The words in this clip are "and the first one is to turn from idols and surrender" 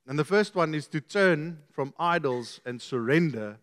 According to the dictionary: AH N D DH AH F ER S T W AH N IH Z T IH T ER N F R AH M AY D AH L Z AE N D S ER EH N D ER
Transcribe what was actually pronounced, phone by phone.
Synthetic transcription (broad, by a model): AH N DH AH F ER S T W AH N IH Z T IH T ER N F R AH M AY D AH L Z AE N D S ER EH N D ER